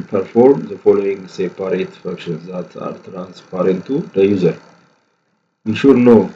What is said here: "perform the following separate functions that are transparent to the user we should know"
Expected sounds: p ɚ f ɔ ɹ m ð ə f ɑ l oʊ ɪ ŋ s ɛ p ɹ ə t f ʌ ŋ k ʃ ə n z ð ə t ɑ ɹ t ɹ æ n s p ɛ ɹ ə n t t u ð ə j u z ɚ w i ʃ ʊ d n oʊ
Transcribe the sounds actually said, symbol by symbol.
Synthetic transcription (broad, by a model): p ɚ f ɔ ɹ m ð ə f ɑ l oʊ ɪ ŋ s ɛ p ɹ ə t f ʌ k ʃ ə n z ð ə t ɑ ɹ t ɹ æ n s p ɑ ɹ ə n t t u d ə j u z ɚ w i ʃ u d n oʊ